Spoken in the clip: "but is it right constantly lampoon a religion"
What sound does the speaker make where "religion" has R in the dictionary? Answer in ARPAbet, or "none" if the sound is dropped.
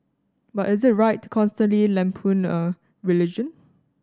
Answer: R